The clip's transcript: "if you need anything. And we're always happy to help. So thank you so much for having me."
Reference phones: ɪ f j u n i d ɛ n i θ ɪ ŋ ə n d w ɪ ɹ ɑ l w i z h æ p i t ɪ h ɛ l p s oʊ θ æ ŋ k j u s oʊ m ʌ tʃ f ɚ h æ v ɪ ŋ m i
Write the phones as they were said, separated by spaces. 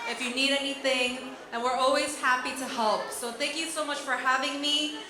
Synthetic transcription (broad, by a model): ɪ f j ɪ n i d ɛ n i θ ɪ ŋ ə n w ɪ ɹ ɑ l w i z h æ p i t ɪ h ɛ l p s oʊ θ æ ŋ k j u s oʊ m ʌ tʃ f ɚ h æ v ɪ ŋ m i